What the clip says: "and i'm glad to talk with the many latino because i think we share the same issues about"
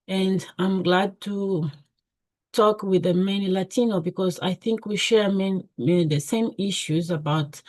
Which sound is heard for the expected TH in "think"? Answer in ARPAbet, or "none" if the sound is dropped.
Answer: TH